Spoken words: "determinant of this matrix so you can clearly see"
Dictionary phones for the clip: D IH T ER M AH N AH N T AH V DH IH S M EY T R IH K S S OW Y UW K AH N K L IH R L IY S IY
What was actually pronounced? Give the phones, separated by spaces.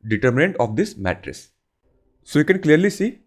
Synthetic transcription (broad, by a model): D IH T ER M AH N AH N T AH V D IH S M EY T R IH S S OW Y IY K AH N K L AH R L IY S IY